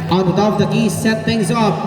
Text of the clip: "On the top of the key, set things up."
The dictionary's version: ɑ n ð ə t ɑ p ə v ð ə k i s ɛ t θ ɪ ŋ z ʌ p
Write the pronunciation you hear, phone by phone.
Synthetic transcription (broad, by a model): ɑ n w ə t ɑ ə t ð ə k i s ɛ t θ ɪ ŋ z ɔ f